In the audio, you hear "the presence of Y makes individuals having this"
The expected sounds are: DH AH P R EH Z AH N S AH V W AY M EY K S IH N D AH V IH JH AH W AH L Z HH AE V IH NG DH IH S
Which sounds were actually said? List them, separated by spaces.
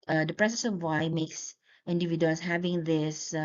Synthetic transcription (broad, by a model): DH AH P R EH S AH S AH V W AY M EY K S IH N D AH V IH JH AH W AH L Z HH AE V IH NG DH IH S